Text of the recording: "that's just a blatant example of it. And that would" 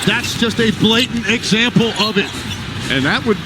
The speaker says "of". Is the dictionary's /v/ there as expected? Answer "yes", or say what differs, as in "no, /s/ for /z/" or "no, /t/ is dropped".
yes